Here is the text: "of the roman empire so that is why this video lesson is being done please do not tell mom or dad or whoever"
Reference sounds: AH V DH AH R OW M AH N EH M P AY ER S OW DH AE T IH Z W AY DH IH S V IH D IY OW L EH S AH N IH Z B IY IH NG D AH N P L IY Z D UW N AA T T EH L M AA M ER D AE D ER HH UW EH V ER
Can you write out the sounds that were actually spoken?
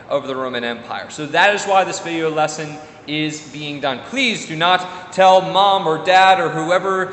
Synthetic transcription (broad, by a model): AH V DH AH R OW M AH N EH M P AY ER S OW DH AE T IH Z W AY DH IH S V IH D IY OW L EH S AH N IH Z B IY IH NG D AH N P L IY Z D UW N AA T T EH L M AA M ER D AE D ER HH UW EH V ER